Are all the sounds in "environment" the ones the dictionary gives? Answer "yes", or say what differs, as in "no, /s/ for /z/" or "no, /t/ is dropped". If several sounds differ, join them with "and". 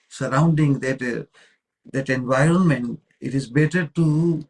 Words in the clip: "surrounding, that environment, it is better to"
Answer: yes